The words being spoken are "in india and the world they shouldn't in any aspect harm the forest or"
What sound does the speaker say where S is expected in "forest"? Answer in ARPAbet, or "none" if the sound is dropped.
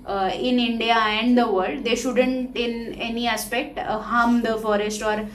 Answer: S